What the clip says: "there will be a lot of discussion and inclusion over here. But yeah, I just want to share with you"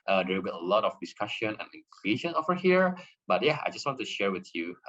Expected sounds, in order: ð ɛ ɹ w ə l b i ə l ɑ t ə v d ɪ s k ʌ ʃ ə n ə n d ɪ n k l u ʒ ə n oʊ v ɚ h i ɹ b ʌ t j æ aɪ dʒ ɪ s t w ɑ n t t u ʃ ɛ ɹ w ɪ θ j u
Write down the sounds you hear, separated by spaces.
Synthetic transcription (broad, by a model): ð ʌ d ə w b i ə l ɑ t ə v d ɪ s k ʌ ʃ ə n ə n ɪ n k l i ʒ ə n oʊ v ɚ h i ɹ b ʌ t j æ aɪ dʒ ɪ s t w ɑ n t t u ʃ ɛ ɹ w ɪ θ j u